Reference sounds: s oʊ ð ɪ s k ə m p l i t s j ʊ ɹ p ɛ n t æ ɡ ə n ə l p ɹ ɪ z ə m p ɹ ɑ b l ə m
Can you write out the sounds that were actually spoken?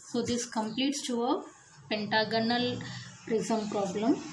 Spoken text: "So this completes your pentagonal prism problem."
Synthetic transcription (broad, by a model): s oʊ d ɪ s k ə m p l i t s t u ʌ p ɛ n t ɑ ɡ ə n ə l ɹ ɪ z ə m p ɹ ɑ b l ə m